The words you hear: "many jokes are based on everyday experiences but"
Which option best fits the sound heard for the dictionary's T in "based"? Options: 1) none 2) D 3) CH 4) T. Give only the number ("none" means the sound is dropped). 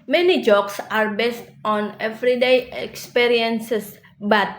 4